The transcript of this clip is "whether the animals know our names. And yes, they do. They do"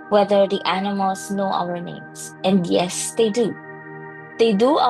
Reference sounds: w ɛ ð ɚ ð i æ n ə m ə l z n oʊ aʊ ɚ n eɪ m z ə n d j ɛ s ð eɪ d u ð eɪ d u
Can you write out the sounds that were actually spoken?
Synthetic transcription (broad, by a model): w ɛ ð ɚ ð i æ n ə m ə l s n oʊ aʊ ɚ n eɪ m s ə n d j ɛ s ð eɪ d u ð eɪ d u